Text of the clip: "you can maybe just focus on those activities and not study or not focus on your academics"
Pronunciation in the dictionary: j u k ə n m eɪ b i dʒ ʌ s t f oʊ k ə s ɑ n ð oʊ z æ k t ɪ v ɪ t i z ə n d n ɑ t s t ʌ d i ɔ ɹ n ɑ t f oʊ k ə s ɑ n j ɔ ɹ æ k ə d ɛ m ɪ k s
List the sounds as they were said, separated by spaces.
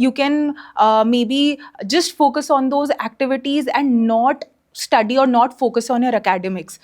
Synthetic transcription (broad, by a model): j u k ə n m eɪ b i dʒ ʌ s t f oʊ k ə s ɑ n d oʊ z æ k t ɪ v ɪ t i z ə n d n ɑ t s t ʌ d i ɔ ɹ n ɑ t f oʊ k ə s ɑ n j ɔ ɹ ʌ k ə d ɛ m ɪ k s